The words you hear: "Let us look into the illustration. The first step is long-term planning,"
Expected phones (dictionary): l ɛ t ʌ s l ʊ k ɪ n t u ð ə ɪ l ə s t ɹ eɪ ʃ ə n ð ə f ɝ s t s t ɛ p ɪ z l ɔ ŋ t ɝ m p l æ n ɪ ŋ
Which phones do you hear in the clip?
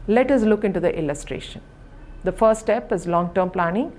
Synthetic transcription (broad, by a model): l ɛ t ʌ s l ʊ k ɪ n t u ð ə ɪ l ə s t ɹ eɪ ʃ ə n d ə f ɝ t s t ɛ p ɪ z l ɔ ŋ t ɝ m p l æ n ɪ ŋ